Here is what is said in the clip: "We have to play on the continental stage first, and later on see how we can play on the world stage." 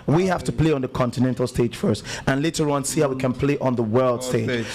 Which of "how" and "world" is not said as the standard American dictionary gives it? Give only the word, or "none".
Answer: none